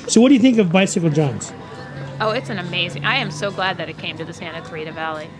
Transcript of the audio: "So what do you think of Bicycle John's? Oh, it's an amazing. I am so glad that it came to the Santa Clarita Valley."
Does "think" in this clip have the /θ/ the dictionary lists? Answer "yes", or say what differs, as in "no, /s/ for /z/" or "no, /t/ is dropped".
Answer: yes